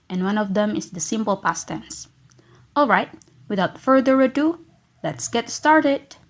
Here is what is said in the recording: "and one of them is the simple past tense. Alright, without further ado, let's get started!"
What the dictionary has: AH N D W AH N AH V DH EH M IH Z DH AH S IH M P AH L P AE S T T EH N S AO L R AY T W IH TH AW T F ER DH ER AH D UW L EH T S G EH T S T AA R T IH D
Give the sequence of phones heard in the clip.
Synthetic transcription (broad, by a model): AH N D W AH N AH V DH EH M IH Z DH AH S IH M P AH L P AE S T T EH N S AO L R AY T W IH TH AW T F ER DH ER AH D UW L EH T S G EH T S T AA R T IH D